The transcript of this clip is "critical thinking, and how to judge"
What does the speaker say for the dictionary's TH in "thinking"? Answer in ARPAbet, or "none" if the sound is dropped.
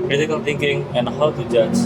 T